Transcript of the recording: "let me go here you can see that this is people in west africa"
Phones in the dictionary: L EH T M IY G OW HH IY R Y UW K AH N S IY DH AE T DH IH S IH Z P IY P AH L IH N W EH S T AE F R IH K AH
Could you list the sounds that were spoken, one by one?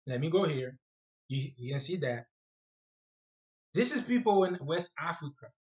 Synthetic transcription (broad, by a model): L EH T M IY G OW HH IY R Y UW K AH N S IY DH AE T DH IH S IH Z P IY P L IH N W EH S T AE F R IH K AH